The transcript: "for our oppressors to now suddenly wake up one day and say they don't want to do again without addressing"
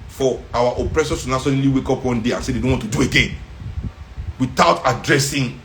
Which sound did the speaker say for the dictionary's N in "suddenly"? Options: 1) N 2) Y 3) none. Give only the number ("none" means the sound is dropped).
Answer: 3